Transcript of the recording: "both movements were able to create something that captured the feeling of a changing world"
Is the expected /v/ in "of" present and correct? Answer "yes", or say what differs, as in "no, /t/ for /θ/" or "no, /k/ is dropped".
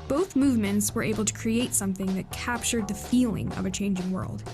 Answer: yes